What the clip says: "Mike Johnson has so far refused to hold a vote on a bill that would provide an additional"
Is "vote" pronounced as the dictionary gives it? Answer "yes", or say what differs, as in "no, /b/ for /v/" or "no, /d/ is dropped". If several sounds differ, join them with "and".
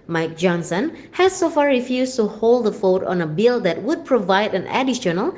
no, /f/ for /v/